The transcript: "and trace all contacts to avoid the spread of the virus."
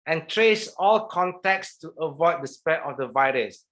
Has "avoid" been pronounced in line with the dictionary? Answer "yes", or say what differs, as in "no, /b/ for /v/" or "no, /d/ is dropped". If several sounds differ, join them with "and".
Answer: yes